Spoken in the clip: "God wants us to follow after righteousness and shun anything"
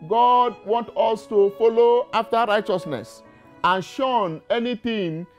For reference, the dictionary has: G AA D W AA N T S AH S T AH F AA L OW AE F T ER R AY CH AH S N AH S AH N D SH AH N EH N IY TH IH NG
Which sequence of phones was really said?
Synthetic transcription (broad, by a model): G AA D W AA N T AO S T AH F AA L OW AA F T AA R AY CH AH S N AH S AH N SH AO N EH N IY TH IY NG